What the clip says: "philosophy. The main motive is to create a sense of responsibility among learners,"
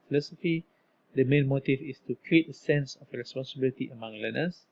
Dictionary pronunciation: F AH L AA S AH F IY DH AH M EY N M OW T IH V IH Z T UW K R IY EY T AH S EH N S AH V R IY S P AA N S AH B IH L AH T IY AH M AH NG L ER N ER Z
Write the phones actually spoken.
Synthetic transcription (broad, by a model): F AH L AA S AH F IY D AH M EY N M OW T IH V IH S T UW K R IY EY T AH S EH N S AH F R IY S P AA N S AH B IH L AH T IY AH M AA NG L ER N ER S